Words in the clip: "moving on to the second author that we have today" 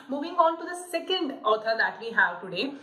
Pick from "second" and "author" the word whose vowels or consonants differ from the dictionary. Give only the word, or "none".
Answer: author